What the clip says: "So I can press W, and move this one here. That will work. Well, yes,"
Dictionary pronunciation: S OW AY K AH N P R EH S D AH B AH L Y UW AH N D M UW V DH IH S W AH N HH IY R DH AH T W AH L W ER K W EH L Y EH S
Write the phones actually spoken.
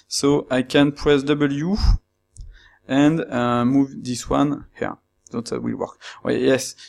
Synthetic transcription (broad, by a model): S OW AY K AH N P R EH S D AH B AH L Y UW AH N D M UW V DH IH S W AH N HH IY R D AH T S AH W W ER K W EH Y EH S